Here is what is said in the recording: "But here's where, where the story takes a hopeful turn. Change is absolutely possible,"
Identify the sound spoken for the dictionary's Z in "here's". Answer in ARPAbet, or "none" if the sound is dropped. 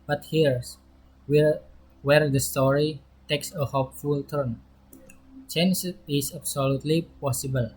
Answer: S